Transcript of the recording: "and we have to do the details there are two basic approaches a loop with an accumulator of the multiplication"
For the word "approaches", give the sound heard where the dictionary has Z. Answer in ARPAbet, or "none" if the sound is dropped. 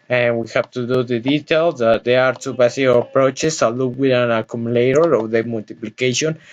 S